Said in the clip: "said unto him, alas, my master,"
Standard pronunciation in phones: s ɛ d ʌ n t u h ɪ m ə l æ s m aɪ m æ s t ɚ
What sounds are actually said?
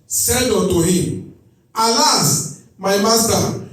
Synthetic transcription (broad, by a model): s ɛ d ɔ t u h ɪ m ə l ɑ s m aɪ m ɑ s t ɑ